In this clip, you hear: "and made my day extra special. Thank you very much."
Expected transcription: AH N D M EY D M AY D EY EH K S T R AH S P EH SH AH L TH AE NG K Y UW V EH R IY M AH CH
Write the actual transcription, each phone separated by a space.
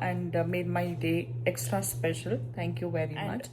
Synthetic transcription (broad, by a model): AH N D M EY D M AY D EY EH K S T R AH S P EH SH AH L T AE NG K Y UW V EH R IY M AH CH